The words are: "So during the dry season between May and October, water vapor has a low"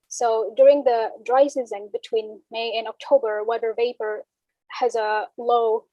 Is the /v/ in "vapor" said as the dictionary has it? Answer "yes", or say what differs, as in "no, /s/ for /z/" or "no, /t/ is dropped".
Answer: yes